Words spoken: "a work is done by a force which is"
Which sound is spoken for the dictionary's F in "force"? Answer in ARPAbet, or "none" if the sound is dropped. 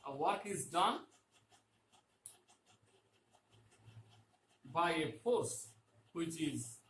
P